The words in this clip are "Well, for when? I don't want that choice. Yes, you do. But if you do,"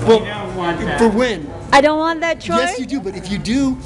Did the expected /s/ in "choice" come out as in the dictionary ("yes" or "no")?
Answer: no